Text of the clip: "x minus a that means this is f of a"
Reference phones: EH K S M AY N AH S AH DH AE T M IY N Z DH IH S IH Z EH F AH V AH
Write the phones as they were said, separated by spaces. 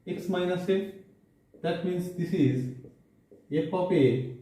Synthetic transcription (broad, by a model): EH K S M AY N AH S AH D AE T M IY N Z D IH S IH Z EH P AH P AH